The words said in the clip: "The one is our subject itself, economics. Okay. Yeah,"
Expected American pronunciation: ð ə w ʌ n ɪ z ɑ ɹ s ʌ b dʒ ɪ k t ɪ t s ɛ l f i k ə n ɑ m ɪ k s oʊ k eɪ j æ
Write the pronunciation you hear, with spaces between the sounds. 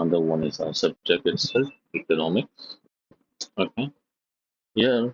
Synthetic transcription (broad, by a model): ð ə w ʌ n ɪ z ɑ s ʌ b dʒ ɪ k t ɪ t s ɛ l i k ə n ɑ m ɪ k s oʊ k eɪ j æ